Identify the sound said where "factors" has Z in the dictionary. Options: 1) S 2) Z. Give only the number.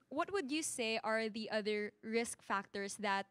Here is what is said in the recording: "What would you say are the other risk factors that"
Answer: 1